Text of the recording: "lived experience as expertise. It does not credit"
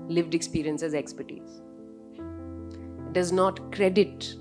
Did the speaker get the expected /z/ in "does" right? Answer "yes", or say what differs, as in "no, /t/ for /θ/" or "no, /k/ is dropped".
yes